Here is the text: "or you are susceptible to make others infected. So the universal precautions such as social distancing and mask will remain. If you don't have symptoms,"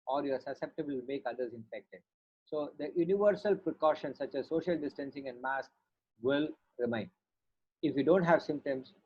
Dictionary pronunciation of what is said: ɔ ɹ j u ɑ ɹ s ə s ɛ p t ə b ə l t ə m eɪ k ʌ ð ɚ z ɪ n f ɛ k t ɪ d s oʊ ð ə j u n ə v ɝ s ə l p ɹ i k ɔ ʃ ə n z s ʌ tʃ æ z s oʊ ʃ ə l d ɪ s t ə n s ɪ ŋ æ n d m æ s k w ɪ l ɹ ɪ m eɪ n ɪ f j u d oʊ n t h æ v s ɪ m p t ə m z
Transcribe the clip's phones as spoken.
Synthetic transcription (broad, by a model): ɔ ɹ j ɑ ɹ s ə s ɛ p t ə b ə l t m eɪ k ʌ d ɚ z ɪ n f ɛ k t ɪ d s oʊ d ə j u n ə v ɝ s ə l p ɹ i k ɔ ʃ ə n s ʌ tʃ æ z s oʊ ʃ ə l d ɪ s t ə n s ɪ ŋ æ n d m æ s k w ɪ l ɹ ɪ m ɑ n ɪ f j u d oʊ n t h æ v s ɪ m p t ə m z